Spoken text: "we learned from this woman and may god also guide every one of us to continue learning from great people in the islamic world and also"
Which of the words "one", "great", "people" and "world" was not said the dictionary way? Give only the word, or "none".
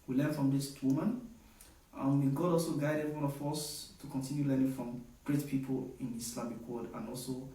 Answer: world